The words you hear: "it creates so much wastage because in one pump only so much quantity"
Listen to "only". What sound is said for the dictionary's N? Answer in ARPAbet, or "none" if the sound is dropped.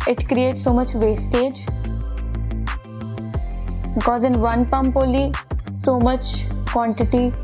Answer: none